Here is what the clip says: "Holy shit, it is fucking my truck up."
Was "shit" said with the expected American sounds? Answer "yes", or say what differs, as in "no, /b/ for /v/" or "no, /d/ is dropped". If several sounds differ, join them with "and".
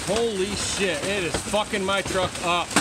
yes